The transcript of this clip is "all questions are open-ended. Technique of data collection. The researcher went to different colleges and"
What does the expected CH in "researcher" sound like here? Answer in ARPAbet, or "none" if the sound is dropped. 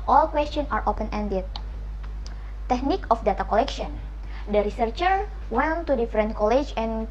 CH